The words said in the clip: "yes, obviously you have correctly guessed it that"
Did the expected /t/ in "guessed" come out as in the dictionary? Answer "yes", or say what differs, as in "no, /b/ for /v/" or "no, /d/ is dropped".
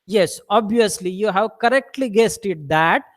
yes